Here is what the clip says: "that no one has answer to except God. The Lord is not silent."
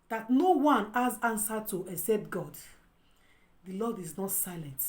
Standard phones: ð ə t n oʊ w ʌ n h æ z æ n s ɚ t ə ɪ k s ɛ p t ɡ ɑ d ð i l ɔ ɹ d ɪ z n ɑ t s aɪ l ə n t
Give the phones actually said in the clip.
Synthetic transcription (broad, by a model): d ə t n oʊ w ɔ n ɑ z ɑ n s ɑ t ə ɪ k s ɛ p t ɡ ɑ d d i l ɔ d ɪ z n ɑ t s aɪ l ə n t